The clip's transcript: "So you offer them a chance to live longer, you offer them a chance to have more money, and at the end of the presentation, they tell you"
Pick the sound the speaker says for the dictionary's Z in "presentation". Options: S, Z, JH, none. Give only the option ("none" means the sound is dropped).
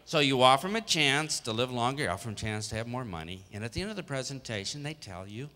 Z